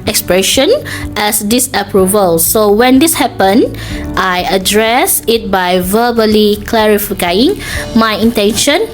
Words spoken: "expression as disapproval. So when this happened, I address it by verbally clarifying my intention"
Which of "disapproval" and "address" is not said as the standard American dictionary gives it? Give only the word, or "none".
none